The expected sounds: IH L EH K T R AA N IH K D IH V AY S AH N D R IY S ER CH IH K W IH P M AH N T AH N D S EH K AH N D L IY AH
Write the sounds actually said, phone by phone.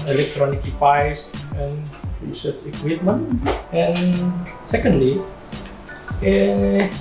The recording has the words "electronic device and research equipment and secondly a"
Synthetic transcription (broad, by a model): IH L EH K T R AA N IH K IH P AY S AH N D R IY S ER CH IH K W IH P M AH N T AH N S EH K AH N D L IY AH